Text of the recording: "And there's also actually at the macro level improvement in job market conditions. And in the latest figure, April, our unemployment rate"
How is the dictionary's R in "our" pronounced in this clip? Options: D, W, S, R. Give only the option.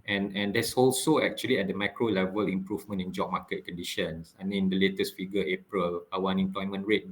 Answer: W